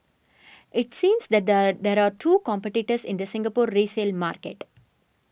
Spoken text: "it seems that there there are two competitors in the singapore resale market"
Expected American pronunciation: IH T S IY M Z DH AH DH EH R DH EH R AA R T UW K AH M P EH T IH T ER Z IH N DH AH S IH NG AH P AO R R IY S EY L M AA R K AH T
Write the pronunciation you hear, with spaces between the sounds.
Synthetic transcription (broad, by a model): IH T S IY M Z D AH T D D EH R AA R T UW K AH M P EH T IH T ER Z IH N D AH S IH NG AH P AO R R IY S EY L M AA R K AH T